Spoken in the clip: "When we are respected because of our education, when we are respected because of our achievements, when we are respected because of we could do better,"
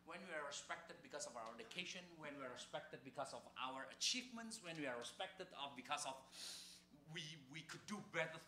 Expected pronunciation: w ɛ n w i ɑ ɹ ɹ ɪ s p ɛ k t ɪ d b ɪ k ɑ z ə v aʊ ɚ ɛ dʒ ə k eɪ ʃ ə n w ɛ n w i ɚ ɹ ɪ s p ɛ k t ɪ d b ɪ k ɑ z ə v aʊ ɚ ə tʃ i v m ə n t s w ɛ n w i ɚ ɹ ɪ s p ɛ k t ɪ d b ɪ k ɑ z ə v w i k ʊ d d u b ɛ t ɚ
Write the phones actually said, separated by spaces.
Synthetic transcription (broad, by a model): w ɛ n w i ɑ ɹ ɹ ɪ s p ɛ k t ɪ d b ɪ k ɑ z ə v aʊ ɚ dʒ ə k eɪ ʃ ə n w ɛ n w i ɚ ɹ ɪ s p ɛ k t ɪ d b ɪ k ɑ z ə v aʊ ɚ ə tʃ i v m ə n t s w ɛ n w i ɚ ɹ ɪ s p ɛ k t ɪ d b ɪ k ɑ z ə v w i k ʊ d d u b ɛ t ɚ